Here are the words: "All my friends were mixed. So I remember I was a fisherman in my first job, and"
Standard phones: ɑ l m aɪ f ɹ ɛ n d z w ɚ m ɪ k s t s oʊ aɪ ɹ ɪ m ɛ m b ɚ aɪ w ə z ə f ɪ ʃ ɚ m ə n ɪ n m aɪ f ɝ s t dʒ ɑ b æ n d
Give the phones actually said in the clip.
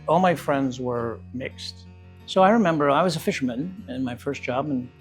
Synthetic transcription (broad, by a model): ɑ l m aɪ f ɹ ɛ n d z w ɚ m ɪ k s t s oʊ aɪ ɹ ɪ m ɛ m b ɚ aɪ w ə z ə f ɪ ʃ ɚ m ə n ɪ n m aɪ f ɝ s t dʒ ɑ b n